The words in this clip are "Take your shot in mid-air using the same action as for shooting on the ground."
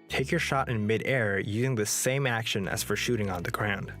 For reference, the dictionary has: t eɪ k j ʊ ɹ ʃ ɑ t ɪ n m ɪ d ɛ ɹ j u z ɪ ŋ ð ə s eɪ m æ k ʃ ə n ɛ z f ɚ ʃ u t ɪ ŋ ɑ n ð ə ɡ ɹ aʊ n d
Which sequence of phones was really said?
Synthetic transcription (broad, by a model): t eɪ k j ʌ ɹ ʃ ɑ t ɪ n m ɪ d ɛ ɹ j u z ɪ ŋ ð ə s eɪ m æ k ʃ ə n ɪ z f ɚ ʃ u t ɪ ŋ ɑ n ð ə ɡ ɹ aʊ n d